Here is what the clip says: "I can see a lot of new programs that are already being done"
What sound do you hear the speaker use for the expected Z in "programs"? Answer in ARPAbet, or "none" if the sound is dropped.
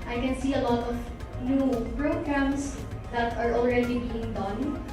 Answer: S